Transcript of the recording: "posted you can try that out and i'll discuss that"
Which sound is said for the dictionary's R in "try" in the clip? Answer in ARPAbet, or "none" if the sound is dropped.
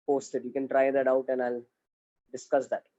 R